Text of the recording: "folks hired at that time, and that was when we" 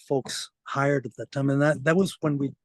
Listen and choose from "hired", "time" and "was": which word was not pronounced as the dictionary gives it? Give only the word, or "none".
none